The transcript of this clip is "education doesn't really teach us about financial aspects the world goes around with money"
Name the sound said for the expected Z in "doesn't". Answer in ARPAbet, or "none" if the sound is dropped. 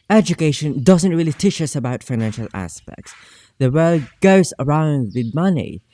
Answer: Z